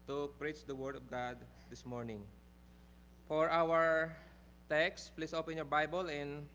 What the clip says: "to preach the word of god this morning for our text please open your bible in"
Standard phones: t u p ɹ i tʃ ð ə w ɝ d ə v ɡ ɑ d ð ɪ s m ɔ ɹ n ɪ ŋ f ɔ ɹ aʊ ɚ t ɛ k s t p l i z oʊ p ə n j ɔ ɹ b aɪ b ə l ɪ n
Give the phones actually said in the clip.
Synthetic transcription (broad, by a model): t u p ɹ i tʃ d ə w ɝ d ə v ɡ ɑ d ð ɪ s m ɔ ɹ n ɪ ŋ f ɔ ɹ aʊ ɚ t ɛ k s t p l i s oʊ p ə n j ɔ ɹ b aɪ b ə l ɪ n